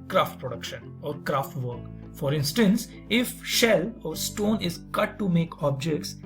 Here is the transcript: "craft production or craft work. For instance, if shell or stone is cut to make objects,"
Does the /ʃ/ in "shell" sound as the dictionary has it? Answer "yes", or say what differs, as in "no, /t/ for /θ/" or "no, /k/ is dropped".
yes